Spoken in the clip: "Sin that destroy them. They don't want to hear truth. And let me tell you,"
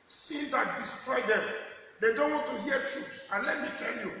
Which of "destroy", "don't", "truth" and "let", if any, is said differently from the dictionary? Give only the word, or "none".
truth